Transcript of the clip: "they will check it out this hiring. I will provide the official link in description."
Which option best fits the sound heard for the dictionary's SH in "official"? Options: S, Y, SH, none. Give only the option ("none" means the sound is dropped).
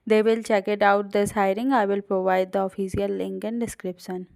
S